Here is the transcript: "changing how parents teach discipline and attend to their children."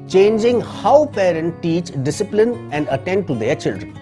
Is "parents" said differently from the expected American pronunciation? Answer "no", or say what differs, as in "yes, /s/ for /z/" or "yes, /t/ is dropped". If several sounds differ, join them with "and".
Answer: yes, /s/ is dropped